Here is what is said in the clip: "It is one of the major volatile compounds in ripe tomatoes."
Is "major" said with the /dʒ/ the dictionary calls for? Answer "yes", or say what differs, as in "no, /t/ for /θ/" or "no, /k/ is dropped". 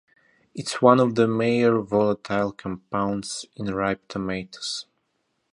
no, /dʒ/ is dropped